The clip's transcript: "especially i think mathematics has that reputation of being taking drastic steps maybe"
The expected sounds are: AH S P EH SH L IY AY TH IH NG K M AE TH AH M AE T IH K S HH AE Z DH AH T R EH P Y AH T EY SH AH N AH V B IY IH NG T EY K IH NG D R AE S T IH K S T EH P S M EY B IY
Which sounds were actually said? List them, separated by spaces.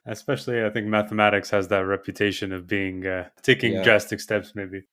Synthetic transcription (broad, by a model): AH S P EH SH L IY AY TH IH NG K M AE TH AH M AE T IH K S HH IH Z DH AH T R EH P Y AH T EY SH AH N AH V B IY IH NG T EY K IH NG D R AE S T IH K S T EH P S M EY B IY